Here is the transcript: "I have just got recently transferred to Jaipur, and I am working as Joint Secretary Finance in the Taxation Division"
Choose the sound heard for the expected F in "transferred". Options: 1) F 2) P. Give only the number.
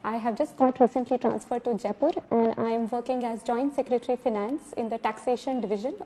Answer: 1